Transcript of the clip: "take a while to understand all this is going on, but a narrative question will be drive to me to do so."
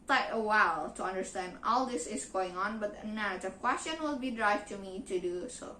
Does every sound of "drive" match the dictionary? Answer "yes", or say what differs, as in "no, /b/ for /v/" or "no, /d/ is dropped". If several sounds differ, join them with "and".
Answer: yes